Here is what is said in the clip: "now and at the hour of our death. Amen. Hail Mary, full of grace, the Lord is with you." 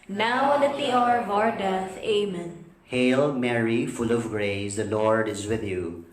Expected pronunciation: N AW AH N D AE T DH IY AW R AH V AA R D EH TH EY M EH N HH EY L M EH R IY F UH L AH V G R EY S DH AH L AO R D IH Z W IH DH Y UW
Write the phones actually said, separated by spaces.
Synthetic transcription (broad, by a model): N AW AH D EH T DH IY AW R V AA R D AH S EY M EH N HH EY L M EH R IY F UH L AH V G R EY S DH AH L AO R D IH Z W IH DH Y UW